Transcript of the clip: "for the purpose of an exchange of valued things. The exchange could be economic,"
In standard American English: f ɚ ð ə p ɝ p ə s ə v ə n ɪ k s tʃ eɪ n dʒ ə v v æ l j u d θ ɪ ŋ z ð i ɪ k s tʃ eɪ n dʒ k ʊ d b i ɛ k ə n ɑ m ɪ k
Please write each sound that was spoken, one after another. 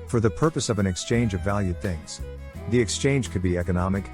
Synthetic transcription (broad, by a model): f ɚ ð ə p ɝ p ə s ə v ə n ɪ k s tʃ eɪ n dʒ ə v v æ l j u d θ ɪ ŋ z ð i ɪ k s tʃ eɪ n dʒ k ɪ d b i ɛ k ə n ɑ m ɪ k